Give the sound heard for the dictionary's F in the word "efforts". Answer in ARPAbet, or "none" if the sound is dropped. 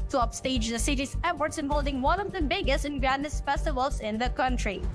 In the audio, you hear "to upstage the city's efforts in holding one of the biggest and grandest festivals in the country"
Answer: P